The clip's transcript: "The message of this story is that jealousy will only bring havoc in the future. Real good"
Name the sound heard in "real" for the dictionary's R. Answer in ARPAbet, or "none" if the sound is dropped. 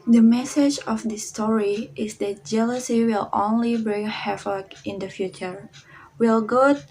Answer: W